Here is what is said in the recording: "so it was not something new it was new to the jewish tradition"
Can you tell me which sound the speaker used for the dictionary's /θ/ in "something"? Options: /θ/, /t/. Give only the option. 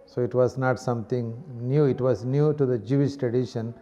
/t/